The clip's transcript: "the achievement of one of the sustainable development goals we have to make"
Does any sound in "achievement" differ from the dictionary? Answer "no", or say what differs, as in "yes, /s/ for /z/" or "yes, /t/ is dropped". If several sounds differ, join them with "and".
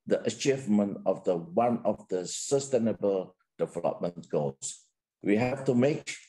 no